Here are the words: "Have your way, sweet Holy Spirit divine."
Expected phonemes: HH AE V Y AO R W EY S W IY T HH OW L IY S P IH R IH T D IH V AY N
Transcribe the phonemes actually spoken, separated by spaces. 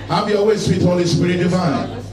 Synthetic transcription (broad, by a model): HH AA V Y AO L W EY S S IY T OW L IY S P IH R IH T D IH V AY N